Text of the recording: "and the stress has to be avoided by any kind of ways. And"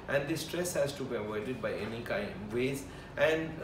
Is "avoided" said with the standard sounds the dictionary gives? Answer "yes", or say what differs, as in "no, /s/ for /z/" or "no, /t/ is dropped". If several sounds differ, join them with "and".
no, /w/ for /v/